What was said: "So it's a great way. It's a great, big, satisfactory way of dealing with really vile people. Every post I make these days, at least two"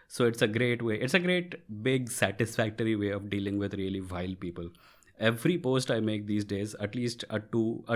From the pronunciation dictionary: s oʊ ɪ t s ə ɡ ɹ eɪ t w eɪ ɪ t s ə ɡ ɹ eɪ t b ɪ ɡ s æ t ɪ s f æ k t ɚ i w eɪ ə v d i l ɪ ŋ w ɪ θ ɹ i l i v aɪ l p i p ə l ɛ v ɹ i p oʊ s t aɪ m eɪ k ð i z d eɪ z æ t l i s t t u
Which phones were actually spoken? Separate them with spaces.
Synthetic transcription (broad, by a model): s oʊ ɪ t s ə ɡ ɹ eɪ t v eɪ ɪ t s ə ɡ ɹ eɪ t b ɪ ɡ s æ t ɪ s f æ k t ɚ i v eɪ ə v d i l ɪ ŋ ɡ ɪ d ɹ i l i v aɪ l p i p ə l ɛ v ɹ i p oʊ s t aɪ m eɪ k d i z d eɪ z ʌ t l i s t t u